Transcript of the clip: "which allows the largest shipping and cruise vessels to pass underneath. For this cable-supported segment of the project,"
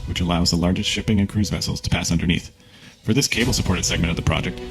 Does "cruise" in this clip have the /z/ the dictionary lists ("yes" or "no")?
yes